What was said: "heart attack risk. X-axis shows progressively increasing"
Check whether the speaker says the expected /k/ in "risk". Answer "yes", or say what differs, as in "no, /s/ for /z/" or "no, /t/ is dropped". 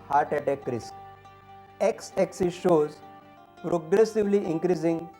no, /k/ is dropped